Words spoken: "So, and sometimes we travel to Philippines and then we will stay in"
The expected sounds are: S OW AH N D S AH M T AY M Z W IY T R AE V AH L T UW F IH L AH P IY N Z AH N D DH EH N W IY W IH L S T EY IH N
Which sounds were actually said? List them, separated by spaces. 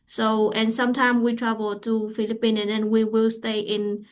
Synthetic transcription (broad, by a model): S OW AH N S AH M T AY M W IY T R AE V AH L T UW F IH L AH P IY N AH N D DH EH N W IY W IH L S T EY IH N